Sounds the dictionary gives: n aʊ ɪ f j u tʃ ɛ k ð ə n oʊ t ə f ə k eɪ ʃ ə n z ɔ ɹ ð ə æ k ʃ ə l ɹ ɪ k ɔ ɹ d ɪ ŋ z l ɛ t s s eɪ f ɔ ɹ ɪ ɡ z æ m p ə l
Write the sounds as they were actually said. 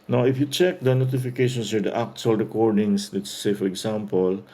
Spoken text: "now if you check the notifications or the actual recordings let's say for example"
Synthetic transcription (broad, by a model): n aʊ ɪ f j u tʃ ɛ k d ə n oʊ t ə f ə k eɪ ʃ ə n s ɔ ɹ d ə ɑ k s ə l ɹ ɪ k ɔ ɹ d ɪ ŋ s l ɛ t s s eɪ f ɔ ɹ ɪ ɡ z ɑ m p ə l